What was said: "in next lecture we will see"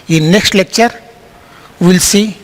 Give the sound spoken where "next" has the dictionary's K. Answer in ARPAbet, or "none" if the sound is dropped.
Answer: K